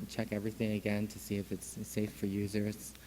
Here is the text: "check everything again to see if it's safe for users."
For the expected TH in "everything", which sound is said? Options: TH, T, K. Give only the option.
TH